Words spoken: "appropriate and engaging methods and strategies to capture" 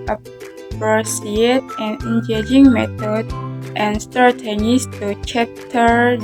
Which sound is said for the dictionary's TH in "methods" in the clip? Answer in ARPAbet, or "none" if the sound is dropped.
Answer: T